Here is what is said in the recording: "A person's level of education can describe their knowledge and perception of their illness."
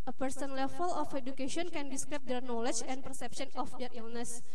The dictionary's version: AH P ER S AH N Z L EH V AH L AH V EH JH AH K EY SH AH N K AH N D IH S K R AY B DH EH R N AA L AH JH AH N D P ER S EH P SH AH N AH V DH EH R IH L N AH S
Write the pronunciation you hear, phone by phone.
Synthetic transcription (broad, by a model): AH P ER S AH N L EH F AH L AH F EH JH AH K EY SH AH N K AH N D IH S K R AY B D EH R N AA L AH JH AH N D P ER S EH P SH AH N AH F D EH R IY L N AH S